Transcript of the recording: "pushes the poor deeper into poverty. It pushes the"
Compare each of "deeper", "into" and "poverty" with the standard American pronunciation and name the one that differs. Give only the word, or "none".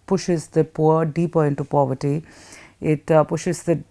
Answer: none